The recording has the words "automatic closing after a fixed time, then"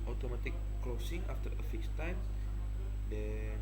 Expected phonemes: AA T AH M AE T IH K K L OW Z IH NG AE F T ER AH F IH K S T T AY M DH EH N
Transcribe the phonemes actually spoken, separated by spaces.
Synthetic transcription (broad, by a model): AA T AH M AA T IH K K L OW S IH NG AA F T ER AH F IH S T T AY M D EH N